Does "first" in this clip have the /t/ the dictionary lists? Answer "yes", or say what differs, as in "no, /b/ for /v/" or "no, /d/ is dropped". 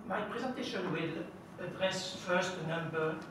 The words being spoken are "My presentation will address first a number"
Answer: yes